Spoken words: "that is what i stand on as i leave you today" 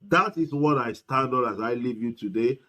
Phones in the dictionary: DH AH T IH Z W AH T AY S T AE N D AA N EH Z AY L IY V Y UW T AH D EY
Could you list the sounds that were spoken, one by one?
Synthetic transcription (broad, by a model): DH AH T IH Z W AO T AY S T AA D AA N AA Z AY L IY V Y UW T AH D EY